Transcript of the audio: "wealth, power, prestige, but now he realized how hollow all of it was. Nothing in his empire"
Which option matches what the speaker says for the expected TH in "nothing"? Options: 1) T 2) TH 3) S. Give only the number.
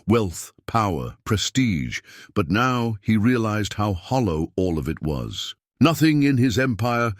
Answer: 2